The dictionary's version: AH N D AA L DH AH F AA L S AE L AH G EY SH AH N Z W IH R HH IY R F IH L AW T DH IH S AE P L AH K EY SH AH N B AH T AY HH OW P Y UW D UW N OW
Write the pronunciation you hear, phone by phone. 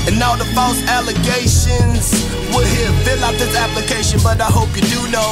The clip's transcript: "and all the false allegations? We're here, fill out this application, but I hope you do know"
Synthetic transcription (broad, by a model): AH N AA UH DH AH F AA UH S AE L AH G EY SH AH N Z W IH L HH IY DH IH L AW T DH IH S AE P L AH K EY SH AH N B AH T AY HH OW P Y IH D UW N OW